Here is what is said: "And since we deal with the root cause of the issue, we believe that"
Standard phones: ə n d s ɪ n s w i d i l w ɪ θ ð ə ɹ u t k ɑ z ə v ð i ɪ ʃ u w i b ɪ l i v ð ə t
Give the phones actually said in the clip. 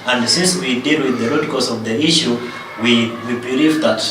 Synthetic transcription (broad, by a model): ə n d s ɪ n s w i d i l w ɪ ð ə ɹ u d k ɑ s ə v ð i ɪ ʃ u w i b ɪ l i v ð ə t